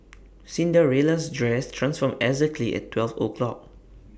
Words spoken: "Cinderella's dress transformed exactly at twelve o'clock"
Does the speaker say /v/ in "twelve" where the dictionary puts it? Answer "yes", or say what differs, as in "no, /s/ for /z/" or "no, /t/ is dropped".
no, /f/ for /v/